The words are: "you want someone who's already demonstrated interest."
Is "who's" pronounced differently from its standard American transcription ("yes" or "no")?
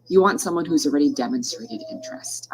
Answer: no